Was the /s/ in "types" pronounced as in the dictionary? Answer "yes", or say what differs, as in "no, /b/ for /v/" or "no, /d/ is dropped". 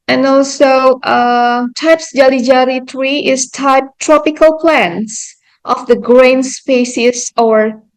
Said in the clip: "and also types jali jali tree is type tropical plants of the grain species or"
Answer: yes